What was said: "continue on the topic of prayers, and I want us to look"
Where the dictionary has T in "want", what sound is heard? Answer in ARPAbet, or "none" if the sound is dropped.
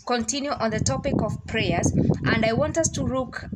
T